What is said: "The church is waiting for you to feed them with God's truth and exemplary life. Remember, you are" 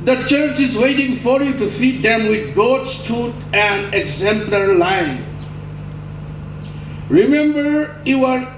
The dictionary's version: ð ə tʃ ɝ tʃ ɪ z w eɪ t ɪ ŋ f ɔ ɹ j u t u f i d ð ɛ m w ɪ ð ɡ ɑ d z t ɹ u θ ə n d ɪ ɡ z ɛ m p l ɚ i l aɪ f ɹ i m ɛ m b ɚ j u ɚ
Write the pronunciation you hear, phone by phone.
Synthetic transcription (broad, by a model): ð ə tʃ ɝ tʃ ɪ z w eɪ t ɪ ŋ f ɔ ɹ j u t u f i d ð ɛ m w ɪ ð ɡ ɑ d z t u t ə n d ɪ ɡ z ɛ m p l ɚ l aɪ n ɹ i m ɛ m b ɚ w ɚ